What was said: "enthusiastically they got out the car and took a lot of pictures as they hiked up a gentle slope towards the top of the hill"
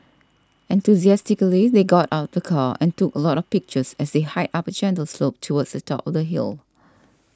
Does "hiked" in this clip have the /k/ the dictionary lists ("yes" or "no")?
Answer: no